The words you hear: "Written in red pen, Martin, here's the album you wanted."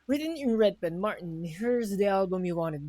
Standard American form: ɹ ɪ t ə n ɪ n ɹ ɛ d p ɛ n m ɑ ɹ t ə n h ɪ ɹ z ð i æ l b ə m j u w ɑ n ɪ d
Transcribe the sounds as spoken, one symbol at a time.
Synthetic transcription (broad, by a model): ɹ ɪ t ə n ɪ n ɹ ɛ d b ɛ n m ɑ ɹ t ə n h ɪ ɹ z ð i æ l b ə m j u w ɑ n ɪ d